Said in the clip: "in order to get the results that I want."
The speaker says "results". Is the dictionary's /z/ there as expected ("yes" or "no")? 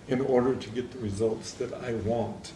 yes